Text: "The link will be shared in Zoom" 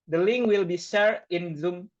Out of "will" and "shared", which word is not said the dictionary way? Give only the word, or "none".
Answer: shared